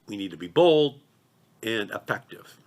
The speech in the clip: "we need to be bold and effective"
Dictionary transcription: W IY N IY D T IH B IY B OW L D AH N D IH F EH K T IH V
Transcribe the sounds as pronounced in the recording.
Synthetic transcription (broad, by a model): W IY N IY D T IH B IY B OW L D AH N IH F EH K T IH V